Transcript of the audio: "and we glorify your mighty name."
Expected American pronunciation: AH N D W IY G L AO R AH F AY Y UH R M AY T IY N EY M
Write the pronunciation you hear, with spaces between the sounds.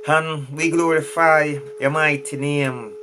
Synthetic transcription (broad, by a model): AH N W IY G L AO R AH F AY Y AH M AY T IY N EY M